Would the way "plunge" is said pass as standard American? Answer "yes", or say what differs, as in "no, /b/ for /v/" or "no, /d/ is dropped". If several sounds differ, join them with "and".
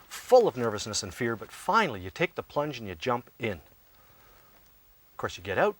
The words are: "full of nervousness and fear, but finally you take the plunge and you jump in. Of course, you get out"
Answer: yes